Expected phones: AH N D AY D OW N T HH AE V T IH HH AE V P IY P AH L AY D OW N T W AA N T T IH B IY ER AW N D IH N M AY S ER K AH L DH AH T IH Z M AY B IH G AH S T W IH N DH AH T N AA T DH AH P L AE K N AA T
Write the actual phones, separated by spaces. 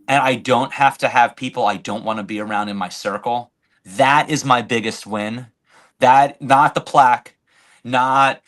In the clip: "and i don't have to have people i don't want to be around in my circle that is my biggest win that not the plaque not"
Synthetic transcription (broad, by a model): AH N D AY D OW N T HH AE F T IH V P IY P L AY D OW N T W AA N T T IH B IY ER AW N D IH N M AY S ER K L DH AH T IH Z M AY B IH G AH S T W IH N DH AH T N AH T DH AH P L AE K N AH T